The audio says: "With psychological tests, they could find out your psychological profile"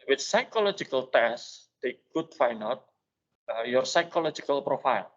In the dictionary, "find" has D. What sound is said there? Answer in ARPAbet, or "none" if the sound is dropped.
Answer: none